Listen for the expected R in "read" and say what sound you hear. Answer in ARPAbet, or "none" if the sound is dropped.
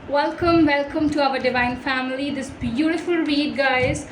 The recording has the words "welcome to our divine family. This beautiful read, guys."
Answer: W